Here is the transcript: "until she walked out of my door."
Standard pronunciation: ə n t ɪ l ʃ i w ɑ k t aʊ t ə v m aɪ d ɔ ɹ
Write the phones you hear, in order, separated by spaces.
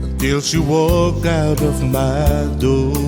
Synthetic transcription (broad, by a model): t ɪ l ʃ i w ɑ k aʊ t ə v m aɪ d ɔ